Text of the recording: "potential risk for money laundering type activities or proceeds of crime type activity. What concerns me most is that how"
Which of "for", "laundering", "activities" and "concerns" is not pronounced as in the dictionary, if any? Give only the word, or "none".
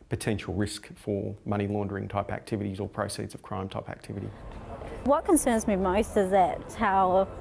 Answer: none